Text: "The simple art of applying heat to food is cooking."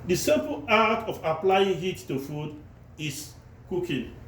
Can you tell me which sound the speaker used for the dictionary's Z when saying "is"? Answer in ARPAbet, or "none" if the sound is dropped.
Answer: S